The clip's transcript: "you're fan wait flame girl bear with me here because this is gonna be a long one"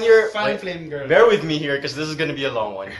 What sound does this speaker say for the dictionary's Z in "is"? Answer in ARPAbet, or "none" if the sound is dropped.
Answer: Z